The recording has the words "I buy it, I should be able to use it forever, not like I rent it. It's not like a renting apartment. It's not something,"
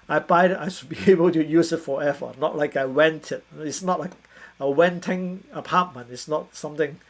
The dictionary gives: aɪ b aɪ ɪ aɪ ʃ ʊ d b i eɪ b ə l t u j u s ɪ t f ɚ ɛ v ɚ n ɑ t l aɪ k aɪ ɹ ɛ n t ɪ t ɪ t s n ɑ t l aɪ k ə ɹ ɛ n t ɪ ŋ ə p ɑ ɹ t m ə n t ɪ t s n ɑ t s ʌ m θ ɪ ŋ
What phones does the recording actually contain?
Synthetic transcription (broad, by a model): aɪ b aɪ ɪ aɪ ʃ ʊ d b i eɪ b ə l t u j u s ɪ t f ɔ ɛ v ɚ n ɑ t l aɪ k aɪ w ɛ n t ɪ t ɪ t s n ɑ t l aɪ k ə w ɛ n t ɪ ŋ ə p ɑ t m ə n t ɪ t s n ɑ t s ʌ m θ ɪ ŋ